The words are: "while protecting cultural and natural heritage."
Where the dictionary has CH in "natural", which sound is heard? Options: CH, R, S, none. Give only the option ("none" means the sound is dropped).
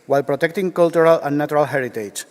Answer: none